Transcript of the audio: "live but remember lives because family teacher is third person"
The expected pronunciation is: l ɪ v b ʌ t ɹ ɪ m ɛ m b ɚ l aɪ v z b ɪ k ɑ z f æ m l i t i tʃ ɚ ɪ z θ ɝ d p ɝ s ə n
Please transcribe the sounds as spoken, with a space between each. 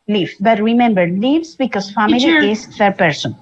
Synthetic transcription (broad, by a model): l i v b ʌ t ɹ ɪ m ɛ m b ɚ l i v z b ɪ k ɑ z f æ m i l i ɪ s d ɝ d p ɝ s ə n